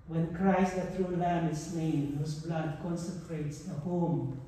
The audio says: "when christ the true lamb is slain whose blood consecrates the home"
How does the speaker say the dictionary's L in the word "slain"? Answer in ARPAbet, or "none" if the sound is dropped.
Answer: N